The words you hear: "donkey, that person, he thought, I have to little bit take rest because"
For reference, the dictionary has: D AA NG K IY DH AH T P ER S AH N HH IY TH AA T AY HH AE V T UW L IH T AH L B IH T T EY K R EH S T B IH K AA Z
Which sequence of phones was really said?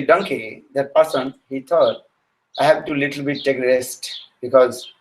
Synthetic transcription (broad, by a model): D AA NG K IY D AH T P ER S AH N HH IY T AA T AY HH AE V T UW L IH T AH L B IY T T EY K R EH S T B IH K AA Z